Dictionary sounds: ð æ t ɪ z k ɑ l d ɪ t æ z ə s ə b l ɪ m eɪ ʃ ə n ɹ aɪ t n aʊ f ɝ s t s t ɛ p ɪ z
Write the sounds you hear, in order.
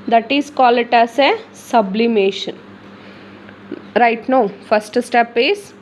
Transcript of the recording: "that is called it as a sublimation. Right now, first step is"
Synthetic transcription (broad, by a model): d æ t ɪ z k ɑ l ɪ t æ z ə s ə b l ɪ m eɪ ʃ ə n ɹ aɪ t n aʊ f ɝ s t s t ɛ p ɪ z